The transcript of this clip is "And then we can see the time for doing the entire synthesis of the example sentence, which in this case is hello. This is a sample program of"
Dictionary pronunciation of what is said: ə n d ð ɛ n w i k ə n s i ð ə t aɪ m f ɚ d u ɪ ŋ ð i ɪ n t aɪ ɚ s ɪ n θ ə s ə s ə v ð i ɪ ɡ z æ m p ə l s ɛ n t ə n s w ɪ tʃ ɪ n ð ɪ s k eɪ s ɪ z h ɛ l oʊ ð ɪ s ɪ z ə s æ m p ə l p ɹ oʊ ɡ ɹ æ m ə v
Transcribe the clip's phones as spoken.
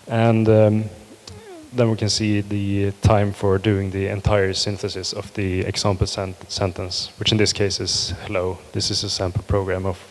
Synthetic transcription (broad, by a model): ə n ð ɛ n w i k ə n s i ð ə t aɪ m f ɚ d u ɪ ŋ ð i ɪ n t aɪ ɚ s ɪ n θ ə s ə s ə v ð i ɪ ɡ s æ m p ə n s ɛ n t ə n s w ɪ tʃ ɪ n ð ɪ s k eɪ s ɪ z h ɛ l oʊ ð ɪ s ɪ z ə s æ m p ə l p ɹ oʊ ɡ ɹ æ m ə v